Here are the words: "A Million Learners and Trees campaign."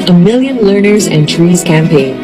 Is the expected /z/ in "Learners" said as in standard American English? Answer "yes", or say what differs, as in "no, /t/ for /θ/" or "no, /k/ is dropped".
yes